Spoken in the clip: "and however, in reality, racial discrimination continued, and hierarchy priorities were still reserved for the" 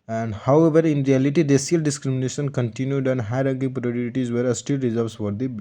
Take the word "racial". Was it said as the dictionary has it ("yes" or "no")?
no